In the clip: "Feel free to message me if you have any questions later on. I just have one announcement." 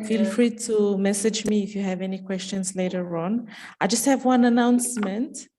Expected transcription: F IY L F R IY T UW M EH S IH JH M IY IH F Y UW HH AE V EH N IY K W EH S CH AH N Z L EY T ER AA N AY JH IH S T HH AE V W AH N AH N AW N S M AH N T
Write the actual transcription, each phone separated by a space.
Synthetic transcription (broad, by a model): F IY L F R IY T UW M EH S IH JH M IY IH F Y UW HH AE V EH N IY K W EH S CH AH N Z L EY T ER AA N AY JH IH S T HH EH V W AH N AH N AW N S M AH N T